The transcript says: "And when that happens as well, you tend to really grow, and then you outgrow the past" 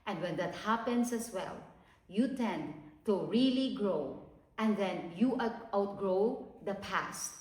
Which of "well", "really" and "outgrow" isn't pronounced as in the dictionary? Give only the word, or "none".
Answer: none